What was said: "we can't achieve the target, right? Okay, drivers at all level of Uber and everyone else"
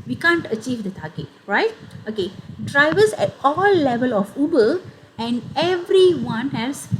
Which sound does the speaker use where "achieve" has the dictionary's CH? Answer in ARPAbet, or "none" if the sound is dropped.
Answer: CH